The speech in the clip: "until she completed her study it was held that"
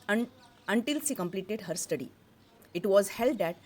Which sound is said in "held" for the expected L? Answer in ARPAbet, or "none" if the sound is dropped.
L